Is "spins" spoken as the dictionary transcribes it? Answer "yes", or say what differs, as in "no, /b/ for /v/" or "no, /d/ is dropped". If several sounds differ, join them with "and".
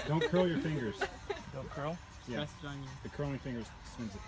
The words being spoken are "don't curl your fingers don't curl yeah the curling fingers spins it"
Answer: no, /p/ is dropped